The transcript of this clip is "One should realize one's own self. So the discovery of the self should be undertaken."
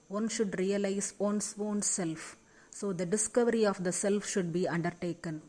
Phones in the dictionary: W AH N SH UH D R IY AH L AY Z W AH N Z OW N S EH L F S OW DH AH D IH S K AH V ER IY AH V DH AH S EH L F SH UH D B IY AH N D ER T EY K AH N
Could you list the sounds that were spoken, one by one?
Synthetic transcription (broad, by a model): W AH N SH UH D R IY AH L AY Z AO N S OW N S EH L F S OW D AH D IH S K AH V ER IY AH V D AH S EH L F SH UH D B IY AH N D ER T EY K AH N